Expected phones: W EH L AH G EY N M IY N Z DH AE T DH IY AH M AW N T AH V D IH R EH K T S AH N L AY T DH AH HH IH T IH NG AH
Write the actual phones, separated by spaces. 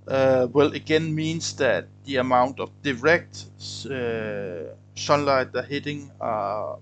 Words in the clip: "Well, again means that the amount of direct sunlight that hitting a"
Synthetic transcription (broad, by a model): W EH L AH G EY N M IY N S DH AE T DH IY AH M AW N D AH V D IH R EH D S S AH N L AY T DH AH HH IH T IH NG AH